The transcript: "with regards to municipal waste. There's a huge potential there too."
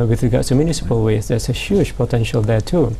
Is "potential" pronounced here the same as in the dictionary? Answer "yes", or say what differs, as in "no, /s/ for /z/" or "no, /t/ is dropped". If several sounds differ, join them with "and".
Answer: yes